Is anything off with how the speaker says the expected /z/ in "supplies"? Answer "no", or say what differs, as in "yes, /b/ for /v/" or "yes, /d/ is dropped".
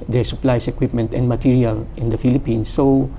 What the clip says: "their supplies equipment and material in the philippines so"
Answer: yes, /s/ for /z/